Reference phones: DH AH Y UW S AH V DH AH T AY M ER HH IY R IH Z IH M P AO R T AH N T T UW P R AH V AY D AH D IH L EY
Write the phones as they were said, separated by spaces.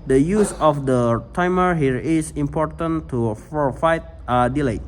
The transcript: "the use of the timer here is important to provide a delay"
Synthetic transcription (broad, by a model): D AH Y UW S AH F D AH T AY M ER HH IY R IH S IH M P AO R T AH N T T UW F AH F AY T AH D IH L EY